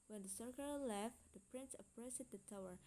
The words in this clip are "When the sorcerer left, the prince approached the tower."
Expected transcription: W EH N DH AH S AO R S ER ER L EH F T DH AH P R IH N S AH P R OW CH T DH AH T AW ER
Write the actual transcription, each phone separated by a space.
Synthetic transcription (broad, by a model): W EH N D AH S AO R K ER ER L EH F T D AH P R IH N S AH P R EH S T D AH T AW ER